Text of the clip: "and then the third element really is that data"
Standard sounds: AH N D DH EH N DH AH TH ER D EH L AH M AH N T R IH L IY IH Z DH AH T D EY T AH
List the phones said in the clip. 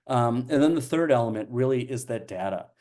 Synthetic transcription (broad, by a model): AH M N DH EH N DH AH TH ER D EH L AH M AH N T R IH L IY IH Z DH AH T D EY T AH